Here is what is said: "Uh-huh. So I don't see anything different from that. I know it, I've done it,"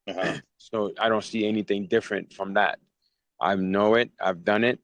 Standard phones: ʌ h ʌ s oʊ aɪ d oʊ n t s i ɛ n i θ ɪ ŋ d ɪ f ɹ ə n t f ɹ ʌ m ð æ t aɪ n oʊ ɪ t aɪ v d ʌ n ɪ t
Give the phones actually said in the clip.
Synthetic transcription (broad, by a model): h s oʊ aɪ d oʊ n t s i ɛ n i θ ɪ ŋ d ɪ f ɹ ə n t f ɹ ʌ m ð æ t aɪ n oʊ ɪ t aɪ v d ʌ n ɪ t